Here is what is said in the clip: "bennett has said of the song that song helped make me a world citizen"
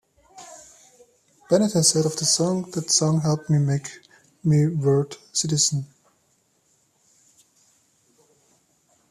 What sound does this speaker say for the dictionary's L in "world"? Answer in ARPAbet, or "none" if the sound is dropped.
none